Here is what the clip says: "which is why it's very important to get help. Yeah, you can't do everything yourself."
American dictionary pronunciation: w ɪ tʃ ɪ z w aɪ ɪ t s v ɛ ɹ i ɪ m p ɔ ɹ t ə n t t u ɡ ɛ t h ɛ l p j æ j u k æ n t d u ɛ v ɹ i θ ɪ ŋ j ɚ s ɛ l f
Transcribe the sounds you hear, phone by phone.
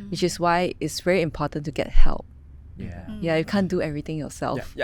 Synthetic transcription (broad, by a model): w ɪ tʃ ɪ s w aɪ ɪ t s v ɛ ɹ i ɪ m p ɔ t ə n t t u ɡ ɛ t h ɛ l p j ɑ j u k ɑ n d u ɛ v ɹ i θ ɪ ŋ j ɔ s ɛ l f